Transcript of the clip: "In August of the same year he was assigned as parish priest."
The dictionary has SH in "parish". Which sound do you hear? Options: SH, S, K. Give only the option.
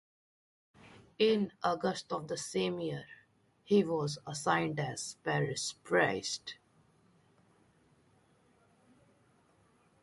S